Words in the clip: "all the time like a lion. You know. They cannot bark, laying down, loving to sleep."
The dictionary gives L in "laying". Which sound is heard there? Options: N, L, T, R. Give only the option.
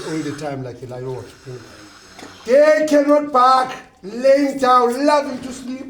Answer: L